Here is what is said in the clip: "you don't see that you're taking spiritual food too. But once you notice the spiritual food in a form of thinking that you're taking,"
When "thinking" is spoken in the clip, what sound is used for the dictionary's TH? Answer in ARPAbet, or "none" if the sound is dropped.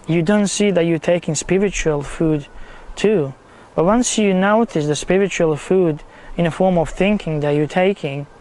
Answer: TH